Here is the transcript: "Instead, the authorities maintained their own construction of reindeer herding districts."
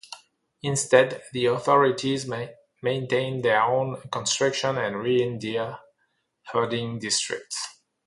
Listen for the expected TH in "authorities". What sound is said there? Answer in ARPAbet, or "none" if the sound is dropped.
TH